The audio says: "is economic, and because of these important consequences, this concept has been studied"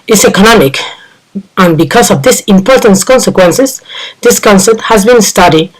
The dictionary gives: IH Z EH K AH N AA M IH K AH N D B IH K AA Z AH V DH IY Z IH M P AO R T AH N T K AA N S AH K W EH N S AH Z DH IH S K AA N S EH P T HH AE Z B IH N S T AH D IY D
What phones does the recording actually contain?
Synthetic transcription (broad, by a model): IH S EH K AH N AA M IH K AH N B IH K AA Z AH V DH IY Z IH M P AO R T AH N T K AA N S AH K W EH N S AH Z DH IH S K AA N S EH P T HH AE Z B IH N S T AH D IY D